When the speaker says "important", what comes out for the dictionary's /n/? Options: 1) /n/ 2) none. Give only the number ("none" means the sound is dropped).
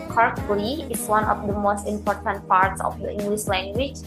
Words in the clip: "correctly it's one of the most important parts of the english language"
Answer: 1